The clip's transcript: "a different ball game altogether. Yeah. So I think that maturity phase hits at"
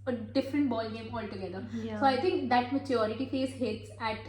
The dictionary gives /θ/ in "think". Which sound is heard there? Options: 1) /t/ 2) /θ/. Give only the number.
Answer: 1